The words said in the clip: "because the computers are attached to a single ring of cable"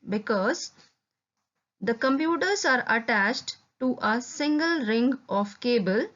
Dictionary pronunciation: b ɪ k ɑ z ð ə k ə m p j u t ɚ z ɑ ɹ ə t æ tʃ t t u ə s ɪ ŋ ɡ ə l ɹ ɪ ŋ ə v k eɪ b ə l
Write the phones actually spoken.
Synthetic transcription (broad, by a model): b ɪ k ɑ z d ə k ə m p j u t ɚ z ɑ ɹ ə t æ tʃ t t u ə s ɪ ŋ ɡ ə l ɹ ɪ ŋ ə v k eɪ b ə l